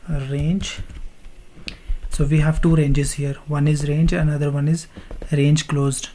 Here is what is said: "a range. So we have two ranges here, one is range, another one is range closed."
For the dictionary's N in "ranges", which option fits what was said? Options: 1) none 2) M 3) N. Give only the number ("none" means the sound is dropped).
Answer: 3